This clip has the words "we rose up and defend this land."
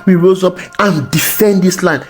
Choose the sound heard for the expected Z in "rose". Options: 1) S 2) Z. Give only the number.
2